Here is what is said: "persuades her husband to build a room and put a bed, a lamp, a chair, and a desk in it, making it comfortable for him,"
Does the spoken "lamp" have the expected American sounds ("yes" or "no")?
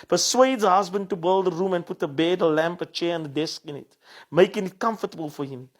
yes